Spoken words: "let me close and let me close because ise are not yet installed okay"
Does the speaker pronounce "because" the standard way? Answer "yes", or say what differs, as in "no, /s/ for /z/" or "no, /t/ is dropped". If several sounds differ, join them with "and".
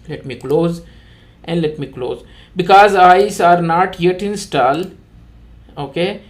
yes